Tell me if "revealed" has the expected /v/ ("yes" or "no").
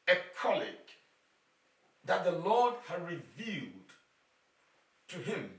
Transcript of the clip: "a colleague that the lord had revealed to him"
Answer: yes